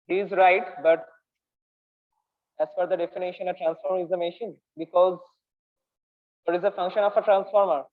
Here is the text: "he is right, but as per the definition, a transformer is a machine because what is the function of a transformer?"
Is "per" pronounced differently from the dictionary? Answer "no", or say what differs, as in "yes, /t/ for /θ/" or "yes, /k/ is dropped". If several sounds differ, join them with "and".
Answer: yes, /f/ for /p/